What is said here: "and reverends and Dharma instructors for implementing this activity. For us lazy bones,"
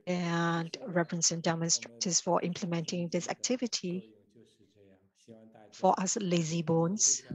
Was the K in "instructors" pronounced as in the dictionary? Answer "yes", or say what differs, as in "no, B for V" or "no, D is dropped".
no, K is dropped